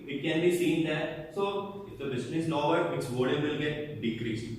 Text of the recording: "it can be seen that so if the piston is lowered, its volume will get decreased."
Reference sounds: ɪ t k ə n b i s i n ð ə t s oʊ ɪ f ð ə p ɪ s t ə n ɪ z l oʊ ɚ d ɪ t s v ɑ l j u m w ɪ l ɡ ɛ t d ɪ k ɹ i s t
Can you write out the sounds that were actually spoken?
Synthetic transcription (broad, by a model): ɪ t k ə n b i s i n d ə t s oʊ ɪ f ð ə b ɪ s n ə n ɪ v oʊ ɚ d ɪ t s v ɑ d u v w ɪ l ɡ ɛ t d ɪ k ɹ i s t